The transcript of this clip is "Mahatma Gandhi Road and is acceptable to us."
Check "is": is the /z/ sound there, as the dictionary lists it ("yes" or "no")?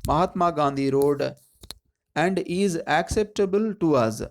yes